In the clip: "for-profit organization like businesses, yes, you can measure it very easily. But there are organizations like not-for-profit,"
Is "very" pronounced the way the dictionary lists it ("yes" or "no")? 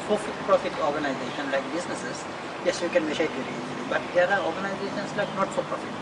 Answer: no